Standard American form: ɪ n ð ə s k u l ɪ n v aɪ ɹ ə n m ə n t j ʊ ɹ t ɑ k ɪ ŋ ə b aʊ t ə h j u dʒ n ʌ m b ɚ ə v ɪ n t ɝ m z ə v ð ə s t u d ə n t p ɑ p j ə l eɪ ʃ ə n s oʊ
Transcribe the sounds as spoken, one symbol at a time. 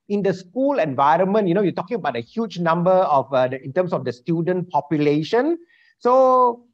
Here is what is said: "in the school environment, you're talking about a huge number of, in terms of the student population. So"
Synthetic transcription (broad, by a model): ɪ n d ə s k u l ɪ n v aɪ ɹ ə n m ə n t j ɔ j t ɑ k ɪ ŋ ə b aʊ t ə h j u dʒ n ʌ m b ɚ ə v ɪ n t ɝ m s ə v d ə s t u d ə n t p ɑ p j ə l eɪ ʃ ə n s oʊ